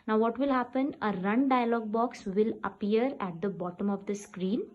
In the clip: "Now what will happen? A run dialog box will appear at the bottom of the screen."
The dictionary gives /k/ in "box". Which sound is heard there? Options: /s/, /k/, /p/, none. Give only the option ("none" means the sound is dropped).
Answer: /k/